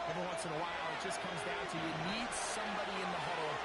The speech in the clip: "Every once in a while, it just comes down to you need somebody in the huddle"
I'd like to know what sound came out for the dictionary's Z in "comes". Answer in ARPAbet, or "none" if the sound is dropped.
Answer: Z